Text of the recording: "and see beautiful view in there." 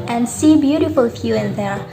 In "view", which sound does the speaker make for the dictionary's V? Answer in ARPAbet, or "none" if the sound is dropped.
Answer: F